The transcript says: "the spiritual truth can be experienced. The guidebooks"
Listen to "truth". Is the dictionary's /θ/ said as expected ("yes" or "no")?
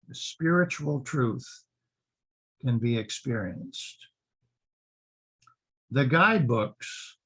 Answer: yes